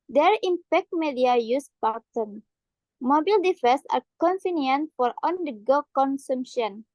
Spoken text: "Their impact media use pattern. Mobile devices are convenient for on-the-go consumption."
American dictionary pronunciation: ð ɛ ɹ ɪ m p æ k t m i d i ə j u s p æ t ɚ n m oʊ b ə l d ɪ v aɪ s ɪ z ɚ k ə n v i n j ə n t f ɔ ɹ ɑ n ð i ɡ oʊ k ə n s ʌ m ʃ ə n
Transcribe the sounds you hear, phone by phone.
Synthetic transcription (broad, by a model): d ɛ ɹ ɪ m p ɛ k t m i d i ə j u s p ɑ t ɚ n m oʊ b ə l d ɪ f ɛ s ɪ k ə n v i n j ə n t f ɔ ɹ ɑ n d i ɡ oʊ k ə n s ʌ m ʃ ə n